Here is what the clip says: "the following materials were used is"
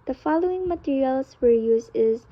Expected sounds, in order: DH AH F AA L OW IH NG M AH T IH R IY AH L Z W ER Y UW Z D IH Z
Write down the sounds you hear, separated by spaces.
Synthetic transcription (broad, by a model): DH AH F AA L OW IH NG M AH T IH R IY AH L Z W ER Y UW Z IH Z